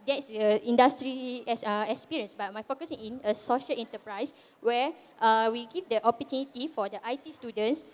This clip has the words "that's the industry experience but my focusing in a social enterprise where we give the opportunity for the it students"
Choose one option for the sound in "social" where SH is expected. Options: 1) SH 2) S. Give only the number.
1